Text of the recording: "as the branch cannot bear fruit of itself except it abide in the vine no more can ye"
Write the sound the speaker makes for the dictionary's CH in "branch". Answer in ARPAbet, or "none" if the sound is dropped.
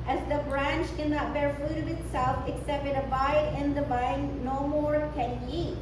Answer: CH